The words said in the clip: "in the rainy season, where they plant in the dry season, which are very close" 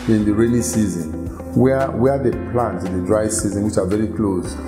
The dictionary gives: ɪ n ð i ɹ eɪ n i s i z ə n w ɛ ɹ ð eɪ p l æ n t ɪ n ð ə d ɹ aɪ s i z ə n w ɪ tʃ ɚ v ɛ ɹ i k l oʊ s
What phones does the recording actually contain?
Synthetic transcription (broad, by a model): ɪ n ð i ɹ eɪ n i s i z ə n w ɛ w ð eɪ p l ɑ n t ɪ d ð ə d ɹ aɪ s i z ə n w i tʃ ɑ v ɛ ɹ i k l oʊ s